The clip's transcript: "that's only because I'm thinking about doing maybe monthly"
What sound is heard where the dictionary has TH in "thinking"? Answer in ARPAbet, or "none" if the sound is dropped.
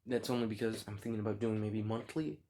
TH